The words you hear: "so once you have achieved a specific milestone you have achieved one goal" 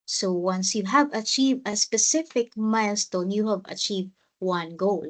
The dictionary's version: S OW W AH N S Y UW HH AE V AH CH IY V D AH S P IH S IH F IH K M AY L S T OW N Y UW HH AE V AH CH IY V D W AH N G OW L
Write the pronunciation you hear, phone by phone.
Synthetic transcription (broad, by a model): S OW W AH N S Y UW HH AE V AH CH IY V D AH S P IH S IH F IH K M AY L S T OW N Y UW HH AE V AH CH IY V D W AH N G OW L